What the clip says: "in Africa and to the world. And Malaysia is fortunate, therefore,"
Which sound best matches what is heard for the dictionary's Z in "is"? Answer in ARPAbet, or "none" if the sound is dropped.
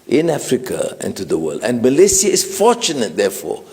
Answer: S